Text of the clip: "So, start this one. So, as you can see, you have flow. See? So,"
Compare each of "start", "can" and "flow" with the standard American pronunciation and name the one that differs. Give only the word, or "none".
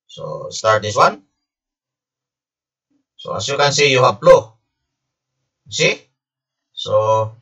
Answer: flow